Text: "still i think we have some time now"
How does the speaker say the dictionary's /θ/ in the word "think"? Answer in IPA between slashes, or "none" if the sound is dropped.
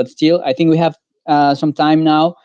/θ/